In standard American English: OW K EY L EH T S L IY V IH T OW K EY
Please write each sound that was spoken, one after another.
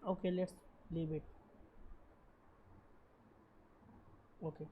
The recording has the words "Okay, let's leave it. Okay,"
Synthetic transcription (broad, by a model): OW K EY L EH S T L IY B IH T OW K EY